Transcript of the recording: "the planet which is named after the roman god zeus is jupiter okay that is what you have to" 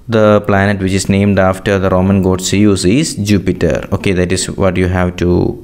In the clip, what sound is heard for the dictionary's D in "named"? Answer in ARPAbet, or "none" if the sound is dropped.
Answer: D